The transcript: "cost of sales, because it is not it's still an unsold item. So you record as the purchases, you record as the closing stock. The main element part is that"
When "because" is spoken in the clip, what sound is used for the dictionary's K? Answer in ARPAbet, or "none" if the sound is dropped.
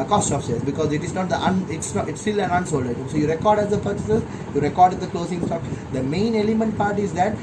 K